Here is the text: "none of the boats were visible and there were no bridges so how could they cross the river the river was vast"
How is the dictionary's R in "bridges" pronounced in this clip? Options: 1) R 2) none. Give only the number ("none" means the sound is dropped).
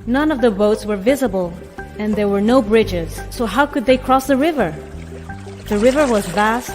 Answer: 1